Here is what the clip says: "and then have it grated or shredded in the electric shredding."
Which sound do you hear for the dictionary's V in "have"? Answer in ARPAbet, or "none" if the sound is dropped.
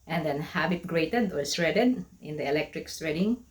B